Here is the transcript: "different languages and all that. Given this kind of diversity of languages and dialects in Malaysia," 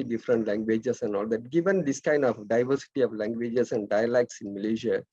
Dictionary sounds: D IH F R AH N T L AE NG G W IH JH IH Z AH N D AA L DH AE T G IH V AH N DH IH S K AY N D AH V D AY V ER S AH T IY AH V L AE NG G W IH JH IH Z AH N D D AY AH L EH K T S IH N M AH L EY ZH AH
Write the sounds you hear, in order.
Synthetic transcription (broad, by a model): D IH F R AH N T L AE NG G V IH JH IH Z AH N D AA L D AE T G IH V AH N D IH S K AY N D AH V D AY V ER S AH T IY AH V L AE NG G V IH JH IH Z AH N D D AY AH L EH K T S IH N M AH L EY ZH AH